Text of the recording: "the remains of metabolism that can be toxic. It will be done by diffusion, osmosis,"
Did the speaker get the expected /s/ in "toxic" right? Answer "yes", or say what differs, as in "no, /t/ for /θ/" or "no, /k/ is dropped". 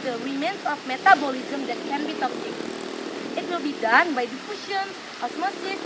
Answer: no, /s/ is dropped